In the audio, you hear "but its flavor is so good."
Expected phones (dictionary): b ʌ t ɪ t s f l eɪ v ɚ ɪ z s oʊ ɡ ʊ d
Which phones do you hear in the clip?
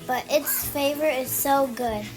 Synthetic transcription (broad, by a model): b ʌ t ɪ t s f eɪ v ɚ ɪ z s oʊ ɡ ʊ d